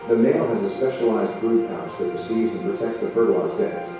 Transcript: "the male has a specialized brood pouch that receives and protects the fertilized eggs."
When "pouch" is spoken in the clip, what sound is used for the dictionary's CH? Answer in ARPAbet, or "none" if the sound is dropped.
S